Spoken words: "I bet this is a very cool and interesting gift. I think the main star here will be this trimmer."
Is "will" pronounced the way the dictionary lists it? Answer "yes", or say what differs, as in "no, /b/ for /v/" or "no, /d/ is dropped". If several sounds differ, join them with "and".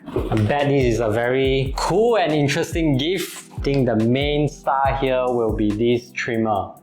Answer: yes